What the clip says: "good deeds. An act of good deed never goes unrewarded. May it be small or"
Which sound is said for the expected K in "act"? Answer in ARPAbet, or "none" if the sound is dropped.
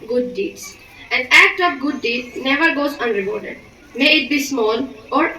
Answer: K